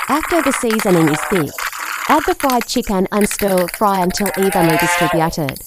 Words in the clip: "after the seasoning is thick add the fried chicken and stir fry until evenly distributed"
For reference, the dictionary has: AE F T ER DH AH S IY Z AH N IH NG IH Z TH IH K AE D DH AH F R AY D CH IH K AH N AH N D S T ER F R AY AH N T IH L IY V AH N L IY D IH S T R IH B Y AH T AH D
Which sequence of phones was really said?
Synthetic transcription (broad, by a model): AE F T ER DH AH S IY Z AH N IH NG IH Z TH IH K AE D DH AH F R AY D CH IH K AH N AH N S T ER F R AY AH N T IH L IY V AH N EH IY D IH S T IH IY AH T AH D